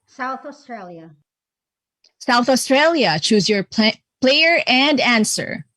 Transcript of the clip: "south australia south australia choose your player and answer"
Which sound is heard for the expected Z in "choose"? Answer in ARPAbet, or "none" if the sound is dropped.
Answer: Z